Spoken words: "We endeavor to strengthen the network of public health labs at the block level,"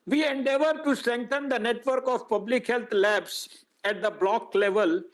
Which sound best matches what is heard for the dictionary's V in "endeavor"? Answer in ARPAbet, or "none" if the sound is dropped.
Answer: V